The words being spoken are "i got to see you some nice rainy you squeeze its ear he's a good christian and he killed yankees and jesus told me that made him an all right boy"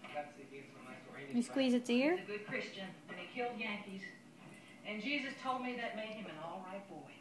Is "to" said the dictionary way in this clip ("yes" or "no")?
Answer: no